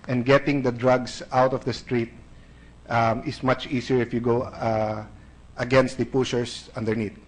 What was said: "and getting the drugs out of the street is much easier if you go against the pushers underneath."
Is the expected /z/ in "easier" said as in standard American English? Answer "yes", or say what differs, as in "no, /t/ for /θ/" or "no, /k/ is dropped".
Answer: no, /s/ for /z/